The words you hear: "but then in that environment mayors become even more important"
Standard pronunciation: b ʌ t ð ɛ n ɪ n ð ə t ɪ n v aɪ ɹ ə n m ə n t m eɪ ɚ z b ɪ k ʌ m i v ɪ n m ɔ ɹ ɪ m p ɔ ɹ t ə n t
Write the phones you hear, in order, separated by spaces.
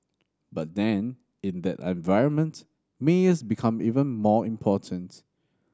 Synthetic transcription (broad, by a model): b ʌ t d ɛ n ɪ n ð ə t ɪ n v aɪ ɹ ə n m ə n t m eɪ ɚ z b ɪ k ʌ m i v ɪ n m ɔ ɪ m p ɔ t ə n t